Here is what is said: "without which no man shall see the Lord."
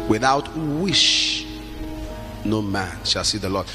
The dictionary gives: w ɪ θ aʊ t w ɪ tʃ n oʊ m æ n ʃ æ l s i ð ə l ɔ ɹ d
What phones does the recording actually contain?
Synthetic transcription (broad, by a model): w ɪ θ aʊ t w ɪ ʃ n oʊ m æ n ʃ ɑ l s i ð ə l ɔ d